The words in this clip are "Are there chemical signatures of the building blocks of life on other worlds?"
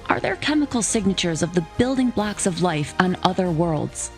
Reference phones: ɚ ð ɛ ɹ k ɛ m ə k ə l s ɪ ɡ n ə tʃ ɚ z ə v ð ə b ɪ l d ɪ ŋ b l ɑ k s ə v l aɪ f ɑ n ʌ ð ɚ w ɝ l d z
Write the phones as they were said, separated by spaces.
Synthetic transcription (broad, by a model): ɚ ð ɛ ɹ k ɛ m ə k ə l s ɪ ɡ n ə tʃ ɚ z ə v ð ə b ɪ l d ɪ ŋ b l ɑ k s ə v l aɪ f n ʌ ð ɚ w ɝ l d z